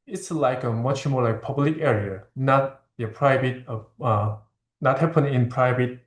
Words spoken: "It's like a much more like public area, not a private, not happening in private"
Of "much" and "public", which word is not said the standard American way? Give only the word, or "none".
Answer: none